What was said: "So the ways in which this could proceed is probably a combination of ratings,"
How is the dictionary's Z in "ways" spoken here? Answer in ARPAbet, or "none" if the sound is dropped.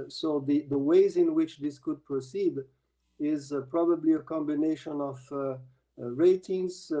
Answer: Z